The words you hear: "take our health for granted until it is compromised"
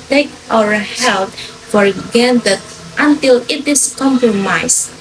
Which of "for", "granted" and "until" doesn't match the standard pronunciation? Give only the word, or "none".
granted